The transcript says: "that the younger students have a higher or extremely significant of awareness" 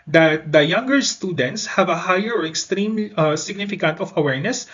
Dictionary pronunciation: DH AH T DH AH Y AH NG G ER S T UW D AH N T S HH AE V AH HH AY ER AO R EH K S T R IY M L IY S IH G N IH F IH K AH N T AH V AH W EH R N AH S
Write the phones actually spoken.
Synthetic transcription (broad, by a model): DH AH T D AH Y AH NG G ER S T UW D AH N T S HH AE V AH HH AY ER AO R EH K S T R IY M S IH G N IH F IH K AH N T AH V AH W EH R N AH S